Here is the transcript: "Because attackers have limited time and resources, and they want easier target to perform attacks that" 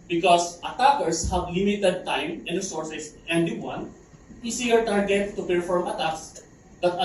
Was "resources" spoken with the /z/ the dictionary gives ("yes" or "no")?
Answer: no